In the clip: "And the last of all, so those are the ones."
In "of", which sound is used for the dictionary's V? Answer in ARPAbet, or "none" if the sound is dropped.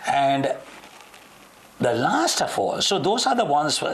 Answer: F